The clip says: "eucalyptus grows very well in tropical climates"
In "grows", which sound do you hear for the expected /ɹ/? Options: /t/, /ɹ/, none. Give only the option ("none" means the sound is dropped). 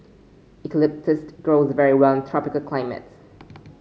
/ɹ/